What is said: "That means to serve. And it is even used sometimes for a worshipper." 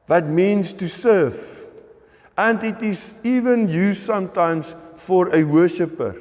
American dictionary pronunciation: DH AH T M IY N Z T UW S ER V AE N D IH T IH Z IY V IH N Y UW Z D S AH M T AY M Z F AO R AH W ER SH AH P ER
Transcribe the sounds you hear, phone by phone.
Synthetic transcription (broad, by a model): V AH T M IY N S T UW S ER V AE N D IH T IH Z IY V IH N Y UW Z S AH M T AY M S F AO R AH W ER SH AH P ER